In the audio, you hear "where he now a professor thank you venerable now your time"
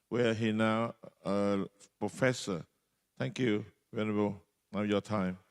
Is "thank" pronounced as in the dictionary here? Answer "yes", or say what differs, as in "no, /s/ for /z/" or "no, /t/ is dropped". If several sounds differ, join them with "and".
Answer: no, /t/ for /θ/